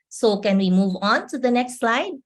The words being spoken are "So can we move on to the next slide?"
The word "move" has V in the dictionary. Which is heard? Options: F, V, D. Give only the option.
V